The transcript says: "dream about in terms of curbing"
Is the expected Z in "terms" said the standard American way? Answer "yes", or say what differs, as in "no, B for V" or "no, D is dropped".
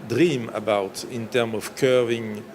no, Z is dropped